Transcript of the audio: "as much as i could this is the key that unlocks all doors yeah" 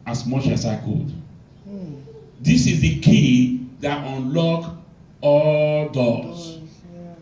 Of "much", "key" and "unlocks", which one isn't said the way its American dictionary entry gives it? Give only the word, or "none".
unlocks